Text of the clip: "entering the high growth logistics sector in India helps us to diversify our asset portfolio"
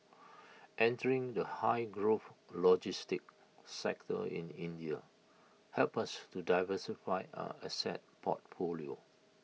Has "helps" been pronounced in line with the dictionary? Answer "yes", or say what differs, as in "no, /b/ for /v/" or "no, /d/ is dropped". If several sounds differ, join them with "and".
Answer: no, /s/ is dropped